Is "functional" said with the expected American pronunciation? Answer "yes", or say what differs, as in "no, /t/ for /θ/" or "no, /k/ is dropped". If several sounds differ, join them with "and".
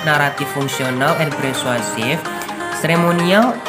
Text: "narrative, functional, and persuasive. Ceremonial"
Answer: no, /s/ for /ʃ/